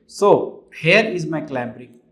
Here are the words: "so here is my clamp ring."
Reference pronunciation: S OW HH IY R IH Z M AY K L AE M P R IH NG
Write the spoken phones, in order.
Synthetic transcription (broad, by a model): S OW HH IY R IH Z M AY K L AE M B R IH